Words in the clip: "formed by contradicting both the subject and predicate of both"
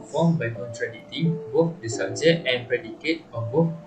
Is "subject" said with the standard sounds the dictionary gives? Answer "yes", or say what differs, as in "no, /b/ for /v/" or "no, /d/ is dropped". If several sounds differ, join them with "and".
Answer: no, /k/ is dropped